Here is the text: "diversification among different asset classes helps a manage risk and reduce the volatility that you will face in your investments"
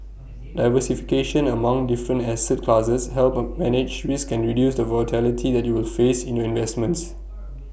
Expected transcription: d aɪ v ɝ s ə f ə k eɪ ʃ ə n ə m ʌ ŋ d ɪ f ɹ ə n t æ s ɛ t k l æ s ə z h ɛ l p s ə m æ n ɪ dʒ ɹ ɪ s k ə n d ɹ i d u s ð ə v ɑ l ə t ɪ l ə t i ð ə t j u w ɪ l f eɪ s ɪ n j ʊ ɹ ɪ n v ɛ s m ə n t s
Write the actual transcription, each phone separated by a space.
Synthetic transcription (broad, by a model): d aɪ v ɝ s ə f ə k eɪ ʃ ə n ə m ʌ ŋ d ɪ f ɹ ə n t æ s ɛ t k l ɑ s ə s h ɛ l p m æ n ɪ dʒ w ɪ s k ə n ɹ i d u s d ə v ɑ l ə t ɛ l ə t i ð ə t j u w ɪ l f eɪ s ɪ n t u ɪ n v ɛ s m ə n t s